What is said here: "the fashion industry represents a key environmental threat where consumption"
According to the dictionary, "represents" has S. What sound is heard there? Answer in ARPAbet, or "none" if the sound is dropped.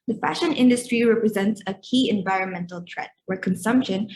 S